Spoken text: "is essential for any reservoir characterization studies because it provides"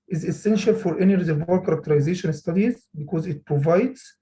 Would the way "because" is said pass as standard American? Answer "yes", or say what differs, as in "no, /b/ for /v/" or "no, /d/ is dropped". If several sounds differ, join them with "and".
yes